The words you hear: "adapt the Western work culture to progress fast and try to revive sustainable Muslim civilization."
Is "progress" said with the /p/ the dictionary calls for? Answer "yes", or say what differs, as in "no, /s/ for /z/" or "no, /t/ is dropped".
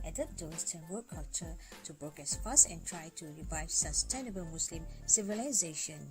no, /b/ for /p/